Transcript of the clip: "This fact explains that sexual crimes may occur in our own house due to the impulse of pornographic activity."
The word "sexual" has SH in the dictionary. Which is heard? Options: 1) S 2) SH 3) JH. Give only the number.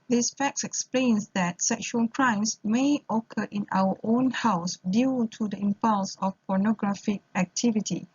2